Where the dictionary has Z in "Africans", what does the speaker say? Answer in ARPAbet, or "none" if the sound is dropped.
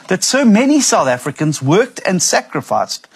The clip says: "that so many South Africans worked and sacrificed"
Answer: Z